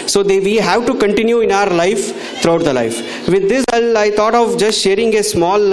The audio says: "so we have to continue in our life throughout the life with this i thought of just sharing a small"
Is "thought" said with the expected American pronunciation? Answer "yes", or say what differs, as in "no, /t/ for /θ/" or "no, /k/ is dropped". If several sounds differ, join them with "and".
no, /t/ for /θ/